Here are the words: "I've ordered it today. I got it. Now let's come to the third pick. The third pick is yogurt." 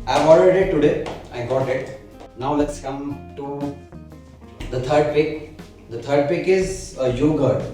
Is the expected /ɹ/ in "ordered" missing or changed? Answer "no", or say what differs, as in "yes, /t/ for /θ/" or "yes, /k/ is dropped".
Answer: yes, /l/ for /ɹ/